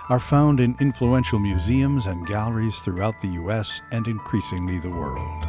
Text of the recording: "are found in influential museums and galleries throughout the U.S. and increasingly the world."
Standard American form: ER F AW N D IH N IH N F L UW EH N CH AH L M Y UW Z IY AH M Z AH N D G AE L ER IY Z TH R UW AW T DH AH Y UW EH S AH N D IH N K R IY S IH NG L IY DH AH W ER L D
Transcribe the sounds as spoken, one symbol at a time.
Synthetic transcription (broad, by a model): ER F AW N D IH N IH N F L UW EH N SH L M Y UW Z IY AH M Z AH N G AE L ER IY Z TH R UW AW T DH AH Y UW EH S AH N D IH N K R IY S IH NG L IY DH AH W ER L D